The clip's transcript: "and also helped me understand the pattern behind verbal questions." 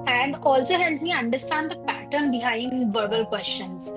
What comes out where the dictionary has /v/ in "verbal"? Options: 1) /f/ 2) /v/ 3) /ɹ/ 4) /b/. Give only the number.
2